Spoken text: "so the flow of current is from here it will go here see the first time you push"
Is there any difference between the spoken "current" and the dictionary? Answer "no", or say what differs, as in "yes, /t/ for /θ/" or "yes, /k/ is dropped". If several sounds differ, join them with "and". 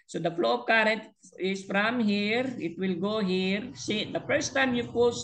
no